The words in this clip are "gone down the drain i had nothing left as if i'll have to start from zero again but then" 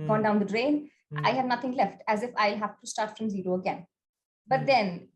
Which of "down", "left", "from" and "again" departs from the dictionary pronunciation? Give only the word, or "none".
none